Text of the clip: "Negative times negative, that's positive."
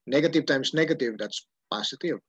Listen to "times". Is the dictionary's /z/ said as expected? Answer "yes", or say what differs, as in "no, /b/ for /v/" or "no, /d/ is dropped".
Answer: no, /s/ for /z/